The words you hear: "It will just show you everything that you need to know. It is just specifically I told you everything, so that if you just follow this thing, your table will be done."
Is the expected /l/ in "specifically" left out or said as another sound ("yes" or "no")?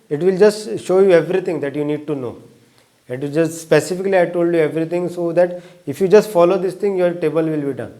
no